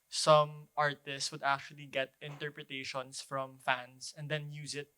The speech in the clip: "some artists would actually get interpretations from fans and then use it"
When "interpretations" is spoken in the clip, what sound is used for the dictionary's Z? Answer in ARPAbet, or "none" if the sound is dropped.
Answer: S